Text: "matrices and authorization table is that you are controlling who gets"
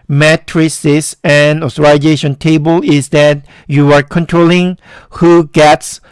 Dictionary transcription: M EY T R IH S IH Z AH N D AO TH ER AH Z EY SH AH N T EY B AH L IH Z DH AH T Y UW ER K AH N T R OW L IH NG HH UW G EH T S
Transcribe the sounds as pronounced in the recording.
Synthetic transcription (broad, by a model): M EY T R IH S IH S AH N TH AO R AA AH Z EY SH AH N T EY B AH L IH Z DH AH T Y UW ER K AH N T R OW L IH NG HH UW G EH T S